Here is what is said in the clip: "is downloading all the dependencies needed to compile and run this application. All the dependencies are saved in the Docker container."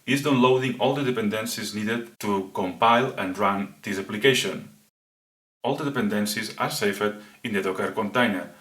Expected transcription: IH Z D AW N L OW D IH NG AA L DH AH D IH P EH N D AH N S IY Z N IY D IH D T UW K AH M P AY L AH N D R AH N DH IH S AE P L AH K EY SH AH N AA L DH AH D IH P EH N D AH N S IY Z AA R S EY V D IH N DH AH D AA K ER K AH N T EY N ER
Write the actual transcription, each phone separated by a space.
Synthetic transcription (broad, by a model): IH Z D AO N L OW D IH NG AA L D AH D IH P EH N D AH N S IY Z N IY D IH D T UW K AH M P AY L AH N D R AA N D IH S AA P L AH K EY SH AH N AA L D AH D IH P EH N D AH N S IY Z AA R S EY F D IH N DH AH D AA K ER K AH N T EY N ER